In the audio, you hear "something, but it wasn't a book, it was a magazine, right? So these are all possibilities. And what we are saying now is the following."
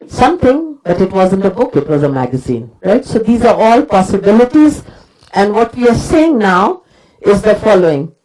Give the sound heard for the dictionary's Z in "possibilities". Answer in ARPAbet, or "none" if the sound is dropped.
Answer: Z